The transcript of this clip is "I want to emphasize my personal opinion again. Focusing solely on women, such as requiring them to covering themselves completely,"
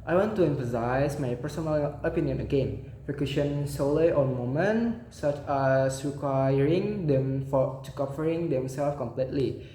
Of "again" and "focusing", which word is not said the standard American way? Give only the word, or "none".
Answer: focusing